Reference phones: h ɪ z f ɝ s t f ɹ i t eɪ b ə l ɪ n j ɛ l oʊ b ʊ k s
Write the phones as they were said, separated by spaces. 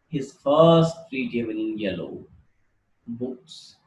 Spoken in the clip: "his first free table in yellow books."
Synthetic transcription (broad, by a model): h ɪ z f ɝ s t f ɹ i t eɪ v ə n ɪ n j ɛ l oʊ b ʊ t s